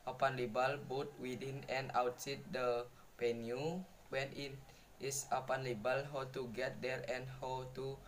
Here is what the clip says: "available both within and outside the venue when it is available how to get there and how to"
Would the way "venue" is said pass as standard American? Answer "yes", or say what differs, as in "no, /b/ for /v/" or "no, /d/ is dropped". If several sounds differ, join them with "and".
no, /p/ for /v/